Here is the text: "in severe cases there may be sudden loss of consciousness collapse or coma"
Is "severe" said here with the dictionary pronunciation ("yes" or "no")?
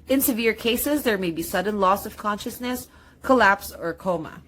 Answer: yes